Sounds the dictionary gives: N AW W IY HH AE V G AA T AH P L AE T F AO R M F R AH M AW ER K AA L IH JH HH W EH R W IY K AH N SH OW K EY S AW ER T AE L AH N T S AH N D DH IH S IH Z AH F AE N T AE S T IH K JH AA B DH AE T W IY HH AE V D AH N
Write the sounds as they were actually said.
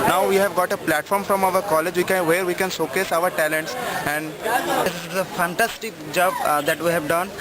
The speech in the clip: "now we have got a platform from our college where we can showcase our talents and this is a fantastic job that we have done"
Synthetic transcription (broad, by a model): N AW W IY HH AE V G AA T AH P L AE T F AO R M F R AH M AW ER K AA L IH JH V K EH R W IY K AH N S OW K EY S AW ER T AE L AH N T S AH N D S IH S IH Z AH F AE N T AE S T IH K JH AA B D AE T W IY HH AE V D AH N